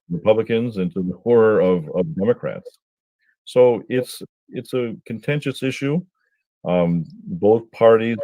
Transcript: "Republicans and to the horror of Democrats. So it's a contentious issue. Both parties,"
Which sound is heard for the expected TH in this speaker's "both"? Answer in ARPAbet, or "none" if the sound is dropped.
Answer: TH